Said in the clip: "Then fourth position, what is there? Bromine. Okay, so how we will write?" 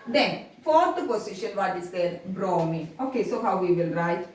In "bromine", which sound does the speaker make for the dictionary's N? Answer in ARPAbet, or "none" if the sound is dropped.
none